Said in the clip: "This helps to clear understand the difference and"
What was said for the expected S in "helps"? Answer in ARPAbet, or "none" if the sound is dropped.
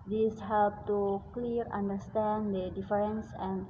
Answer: none